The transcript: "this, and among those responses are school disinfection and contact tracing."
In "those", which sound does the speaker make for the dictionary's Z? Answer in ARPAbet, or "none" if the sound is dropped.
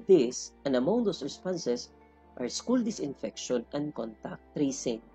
S